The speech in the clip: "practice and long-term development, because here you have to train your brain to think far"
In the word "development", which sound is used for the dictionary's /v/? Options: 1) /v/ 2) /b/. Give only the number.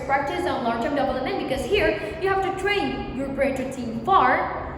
2